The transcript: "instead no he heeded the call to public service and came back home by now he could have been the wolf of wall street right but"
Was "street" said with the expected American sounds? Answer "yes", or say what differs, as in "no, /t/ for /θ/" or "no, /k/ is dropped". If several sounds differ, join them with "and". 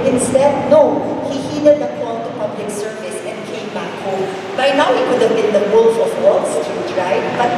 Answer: no, /ɹ/ is dropped